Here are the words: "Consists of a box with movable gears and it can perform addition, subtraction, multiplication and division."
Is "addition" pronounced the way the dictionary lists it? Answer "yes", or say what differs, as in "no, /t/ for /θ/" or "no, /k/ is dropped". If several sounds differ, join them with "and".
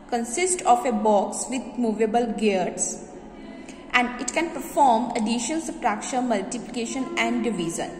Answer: no, /l/ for /n/